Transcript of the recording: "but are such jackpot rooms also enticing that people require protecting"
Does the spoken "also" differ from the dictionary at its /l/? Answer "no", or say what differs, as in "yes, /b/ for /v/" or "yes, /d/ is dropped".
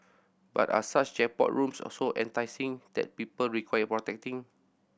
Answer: yes, /l/ is dropped